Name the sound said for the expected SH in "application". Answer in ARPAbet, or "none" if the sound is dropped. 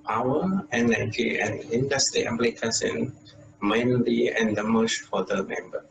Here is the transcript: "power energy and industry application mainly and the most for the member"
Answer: S